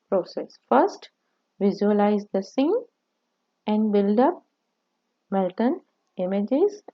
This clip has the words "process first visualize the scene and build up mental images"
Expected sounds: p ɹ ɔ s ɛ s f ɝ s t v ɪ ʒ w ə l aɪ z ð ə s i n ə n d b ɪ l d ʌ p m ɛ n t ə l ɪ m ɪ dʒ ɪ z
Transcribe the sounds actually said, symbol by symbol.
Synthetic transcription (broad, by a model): p ɹ ɔ s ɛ s f ɝ s t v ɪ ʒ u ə l aɪ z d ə s i n ə n d b ɪ l d ʌ p m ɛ l t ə n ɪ m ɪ dʒ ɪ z